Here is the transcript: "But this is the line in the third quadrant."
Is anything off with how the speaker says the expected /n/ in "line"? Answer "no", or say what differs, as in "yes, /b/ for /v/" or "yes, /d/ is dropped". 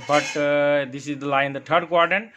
yes, /n/ is dropped